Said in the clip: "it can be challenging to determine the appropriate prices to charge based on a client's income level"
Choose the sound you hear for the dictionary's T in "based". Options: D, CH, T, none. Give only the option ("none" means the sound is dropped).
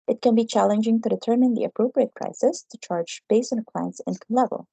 none